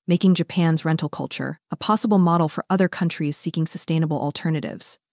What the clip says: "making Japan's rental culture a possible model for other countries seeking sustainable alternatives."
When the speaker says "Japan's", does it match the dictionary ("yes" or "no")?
yes